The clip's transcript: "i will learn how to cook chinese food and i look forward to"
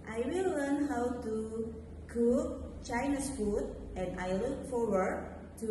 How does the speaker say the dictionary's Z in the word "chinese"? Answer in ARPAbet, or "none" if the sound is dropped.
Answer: S